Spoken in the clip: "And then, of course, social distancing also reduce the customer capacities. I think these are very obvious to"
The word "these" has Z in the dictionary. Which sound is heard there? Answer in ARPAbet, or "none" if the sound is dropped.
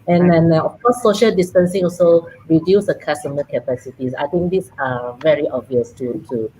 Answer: S